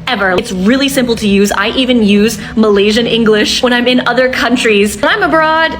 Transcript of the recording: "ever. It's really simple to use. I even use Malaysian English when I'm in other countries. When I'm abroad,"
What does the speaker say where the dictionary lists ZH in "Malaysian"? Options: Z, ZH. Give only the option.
ZH